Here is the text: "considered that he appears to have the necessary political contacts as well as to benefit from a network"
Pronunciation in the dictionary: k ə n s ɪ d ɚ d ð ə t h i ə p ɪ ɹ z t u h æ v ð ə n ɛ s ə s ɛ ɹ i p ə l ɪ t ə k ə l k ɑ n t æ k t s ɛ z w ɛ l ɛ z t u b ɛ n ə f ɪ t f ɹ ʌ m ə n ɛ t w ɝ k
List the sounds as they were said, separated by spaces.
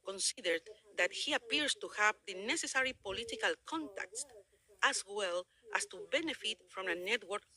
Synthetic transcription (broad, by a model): k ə n s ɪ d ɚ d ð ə t h i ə p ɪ ɹ s t u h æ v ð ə n ɛ s ə s ɛ ɹ i p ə l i t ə k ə l k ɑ n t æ k t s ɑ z w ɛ l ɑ s t u b ɛ n ə f ɪ t f ɹ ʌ m ə n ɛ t w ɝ k